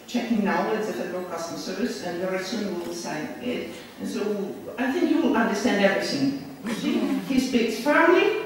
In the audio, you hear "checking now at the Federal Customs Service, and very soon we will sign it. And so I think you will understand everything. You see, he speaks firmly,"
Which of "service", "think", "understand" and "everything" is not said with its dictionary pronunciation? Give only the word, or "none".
none